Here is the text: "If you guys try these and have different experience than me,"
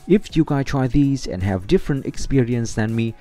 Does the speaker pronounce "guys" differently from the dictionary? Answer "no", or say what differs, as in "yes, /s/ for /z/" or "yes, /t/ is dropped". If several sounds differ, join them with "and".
yes, /z/ is dropped